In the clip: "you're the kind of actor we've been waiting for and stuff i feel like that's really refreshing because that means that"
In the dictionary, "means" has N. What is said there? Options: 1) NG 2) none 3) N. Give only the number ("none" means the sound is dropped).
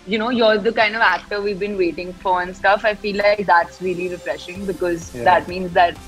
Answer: 3